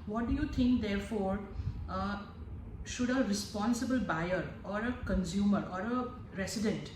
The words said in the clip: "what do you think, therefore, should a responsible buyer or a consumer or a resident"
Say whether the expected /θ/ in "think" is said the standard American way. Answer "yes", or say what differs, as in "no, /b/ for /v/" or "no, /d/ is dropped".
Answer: no, /t/ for /θ/